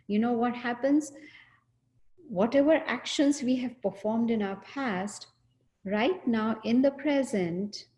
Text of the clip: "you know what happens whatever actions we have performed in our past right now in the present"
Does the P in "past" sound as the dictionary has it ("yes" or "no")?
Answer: yes